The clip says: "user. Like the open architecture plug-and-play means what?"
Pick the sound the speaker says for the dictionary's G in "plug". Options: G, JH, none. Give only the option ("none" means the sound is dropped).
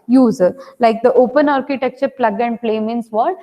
G